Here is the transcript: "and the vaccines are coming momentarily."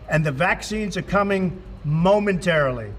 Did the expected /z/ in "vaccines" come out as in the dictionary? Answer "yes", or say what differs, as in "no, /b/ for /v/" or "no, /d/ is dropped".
yes